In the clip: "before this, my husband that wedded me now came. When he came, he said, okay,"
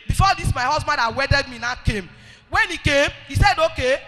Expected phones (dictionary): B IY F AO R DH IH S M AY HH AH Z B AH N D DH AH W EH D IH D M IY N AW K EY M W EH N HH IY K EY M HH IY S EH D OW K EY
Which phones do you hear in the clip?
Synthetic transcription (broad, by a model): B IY F AO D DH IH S M AY HH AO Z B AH N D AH W EH D IH D M IY N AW K EY M W EH N HH IY K EY M HH IY S EH D OW K EY